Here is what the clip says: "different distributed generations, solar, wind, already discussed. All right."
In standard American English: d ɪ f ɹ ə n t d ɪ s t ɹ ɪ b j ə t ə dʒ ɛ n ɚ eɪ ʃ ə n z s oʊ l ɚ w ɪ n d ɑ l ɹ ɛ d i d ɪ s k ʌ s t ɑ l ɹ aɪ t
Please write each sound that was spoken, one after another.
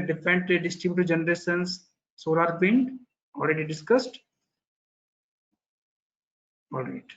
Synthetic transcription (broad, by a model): d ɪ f ɹ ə n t d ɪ s t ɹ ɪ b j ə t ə dʒ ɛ n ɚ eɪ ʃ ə n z s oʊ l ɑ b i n ɑ l ɹ ɛ d i d ɪ s k ʌ s t ɑ l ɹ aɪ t